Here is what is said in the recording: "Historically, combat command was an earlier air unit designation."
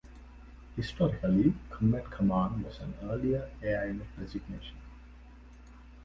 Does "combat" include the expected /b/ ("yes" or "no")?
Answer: no